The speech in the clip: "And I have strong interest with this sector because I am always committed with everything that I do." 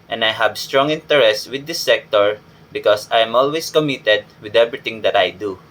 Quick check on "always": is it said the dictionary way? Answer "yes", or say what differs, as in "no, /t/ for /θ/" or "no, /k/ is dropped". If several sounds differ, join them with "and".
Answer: no, /s/ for /z/